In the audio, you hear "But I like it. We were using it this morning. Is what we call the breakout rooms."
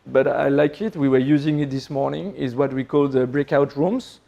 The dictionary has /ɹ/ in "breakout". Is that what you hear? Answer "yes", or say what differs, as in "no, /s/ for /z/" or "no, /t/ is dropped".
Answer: yes